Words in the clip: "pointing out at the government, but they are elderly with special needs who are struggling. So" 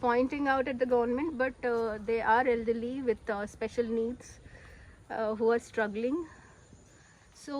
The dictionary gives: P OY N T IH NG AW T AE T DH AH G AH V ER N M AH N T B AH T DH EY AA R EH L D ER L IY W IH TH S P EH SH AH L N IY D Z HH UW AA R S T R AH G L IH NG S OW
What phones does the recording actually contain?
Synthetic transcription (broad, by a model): P OY N T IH NG AW T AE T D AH G AH V ER N M AH N T B AH T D EY AA R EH L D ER L IY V IH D S P EH SH AH L N IY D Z HH UW AA R S T R AH G L IH NG S OW